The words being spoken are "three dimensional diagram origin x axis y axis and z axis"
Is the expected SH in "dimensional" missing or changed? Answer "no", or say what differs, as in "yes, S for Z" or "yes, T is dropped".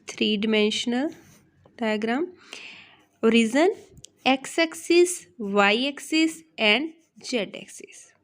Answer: no